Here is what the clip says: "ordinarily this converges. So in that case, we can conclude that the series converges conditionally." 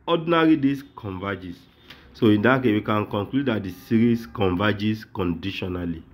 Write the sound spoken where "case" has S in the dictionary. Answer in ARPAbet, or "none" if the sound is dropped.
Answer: none